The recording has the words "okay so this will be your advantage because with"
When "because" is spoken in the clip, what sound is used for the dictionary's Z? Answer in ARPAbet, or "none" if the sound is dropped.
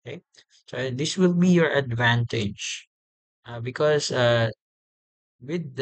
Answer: S